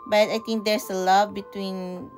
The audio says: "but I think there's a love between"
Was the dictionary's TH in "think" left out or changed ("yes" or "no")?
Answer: yes